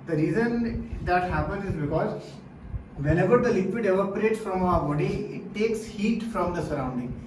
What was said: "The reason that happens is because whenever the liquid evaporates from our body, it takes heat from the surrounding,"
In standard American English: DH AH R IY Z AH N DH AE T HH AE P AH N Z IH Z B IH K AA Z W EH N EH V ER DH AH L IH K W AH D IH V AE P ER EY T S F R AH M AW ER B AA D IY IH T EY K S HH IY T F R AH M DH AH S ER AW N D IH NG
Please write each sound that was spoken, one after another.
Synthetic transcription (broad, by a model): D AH R IY Z AH N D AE T HH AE P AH N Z IH Z B IH K AA Z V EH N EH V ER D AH L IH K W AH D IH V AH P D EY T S F R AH M AW ER B AA D IY IH T EY K S HH IY T F R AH M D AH S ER AW N D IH NG